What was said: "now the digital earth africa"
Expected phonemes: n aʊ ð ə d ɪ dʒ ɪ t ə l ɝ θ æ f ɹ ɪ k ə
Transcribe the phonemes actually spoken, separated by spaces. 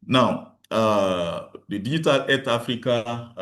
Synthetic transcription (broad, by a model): n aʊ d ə d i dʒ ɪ t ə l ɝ t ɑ f ɹ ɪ k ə